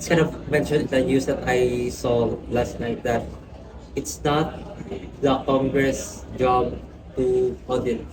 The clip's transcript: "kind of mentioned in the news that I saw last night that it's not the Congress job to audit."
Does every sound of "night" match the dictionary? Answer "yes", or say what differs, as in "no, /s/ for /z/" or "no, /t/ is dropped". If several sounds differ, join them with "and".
yes